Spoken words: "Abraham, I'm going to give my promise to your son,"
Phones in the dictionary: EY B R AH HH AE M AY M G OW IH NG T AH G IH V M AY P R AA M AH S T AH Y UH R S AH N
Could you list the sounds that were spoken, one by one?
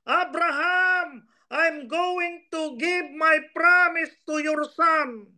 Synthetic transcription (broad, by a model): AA B R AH HH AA M AY M G OW IH NG T AH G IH B M AY P R AA M AH S T AH Y UH R S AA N